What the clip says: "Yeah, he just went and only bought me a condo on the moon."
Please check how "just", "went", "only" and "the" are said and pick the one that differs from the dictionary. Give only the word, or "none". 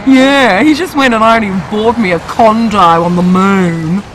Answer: only